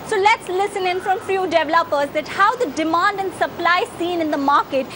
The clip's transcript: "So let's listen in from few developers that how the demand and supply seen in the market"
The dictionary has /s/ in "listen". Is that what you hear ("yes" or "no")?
yes